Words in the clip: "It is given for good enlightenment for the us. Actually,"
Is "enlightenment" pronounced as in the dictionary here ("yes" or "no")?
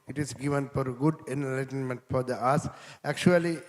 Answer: yes